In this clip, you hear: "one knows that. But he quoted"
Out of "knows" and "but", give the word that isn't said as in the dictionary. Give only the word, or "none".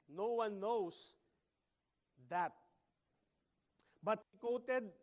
knows